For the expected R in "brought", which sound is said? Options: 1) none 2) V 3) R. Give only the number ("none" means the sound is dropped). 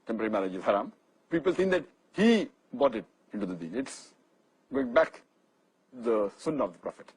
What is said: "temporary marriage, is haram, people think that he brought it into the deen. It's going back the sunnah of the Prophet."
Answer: 1